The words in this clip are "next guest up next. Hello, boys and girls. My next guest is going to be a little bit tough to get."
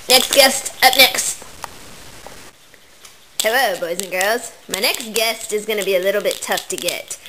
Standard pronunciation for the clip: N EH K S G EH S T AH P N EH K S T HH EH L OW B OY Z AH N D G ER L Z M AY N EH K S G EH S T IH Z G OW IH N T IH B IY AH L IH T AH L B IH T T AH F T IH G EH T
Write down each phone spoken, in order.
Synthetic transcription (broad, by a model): N EH K S G EH S T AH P N EH K S T HH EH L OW B OY Z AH N G ER L Z M AY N EH K S G EH S T IH Z G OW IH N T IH B IY AH L IH T L B IH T T AH F T IH G EH T